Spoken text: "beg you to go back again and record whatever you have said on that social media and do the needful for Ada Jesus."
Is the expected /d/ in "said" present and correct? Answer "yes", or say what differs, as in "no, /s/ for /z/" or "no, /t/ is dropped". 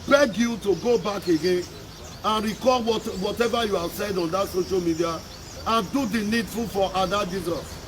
yes